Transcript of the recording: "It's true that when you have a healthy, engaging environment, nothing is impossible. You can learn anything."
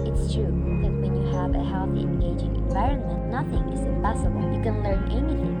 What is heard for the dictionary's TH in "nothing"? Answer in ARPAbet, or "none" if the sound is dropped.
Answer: TH